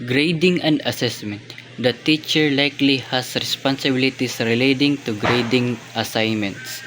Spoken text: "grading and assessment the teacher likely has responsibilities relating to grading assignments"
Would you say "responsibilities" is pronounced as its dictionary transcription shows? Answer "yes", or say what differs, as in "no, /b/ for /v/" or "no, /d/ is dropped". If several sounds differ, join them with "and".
no, /s/ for /z/